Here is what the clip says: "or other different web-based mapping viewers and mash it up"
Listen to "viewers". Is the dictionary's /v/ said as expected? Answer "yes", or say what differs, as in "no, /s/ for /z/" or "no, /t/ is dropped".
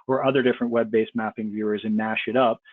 yes